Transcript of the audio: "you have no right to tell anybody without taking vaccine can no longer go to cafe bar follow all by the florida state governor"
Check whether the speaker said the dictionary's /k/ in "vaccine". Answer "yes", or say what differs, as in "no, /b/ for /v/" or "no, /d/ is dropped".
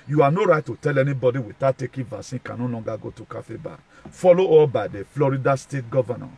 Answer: no, /k/ is dropped